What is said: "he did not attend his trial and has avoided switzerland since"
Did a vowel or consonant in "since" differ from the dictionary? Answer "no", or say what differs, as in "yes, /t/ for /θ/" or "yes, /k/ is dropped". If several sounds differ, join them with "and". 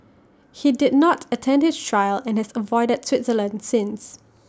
no